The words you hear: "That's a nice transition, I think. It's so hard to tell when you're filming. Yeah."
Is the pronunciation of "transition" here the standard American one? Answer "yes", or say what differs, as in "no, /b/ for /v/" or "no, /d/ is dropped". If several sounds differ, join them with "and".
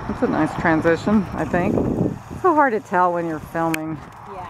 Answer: yes